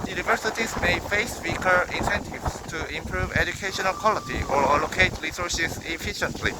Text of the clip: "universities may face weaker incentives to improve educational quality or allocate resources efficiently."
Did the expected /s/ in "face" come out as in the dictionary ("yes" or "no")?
yes